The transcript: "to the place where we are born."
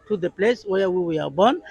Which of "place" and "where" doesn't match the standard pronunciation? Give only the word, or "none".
where